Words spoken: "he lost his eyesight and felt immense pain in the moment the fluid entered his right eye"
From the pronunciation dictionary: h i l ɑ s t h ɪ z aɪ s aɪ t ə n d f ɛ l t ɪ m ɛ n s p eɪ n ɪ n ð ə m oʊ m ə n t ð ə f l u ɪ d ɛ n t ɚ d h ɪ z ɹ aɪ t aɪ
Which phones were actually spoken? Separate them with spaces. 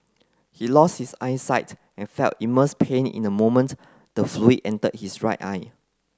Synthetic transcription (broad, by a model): h i l ɑ s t h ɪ s aɪ s aɪ t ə n f ɛ l t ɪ m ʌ s p eɪ n ɪ n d ə m oʊ m ə n t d ə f l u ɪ ɛ n t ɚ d h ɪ s ɹ aɪ t aɪ